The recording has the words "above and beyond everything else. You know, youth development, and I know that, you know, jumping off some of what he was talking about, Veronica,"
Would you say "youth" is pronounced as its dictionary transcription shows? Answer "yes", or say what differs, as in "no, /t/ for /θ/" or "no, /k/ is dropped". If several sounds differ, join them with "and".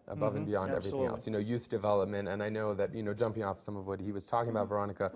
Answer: yes